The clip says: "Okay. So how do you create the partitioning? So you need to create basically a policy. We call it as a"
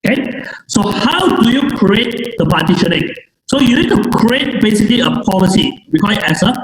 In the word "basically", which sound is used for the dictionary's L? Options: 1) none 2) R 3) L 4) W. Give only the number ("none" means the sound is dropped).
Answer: 3